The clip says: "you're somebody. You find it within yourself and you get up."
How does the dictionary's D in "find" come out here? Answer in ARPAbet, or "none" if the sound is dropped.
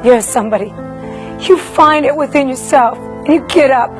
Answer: D